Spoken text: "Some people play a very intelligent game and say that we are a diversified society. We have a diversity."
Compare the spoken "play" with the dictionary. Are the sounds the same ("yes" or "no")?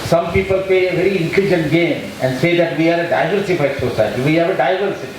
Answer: no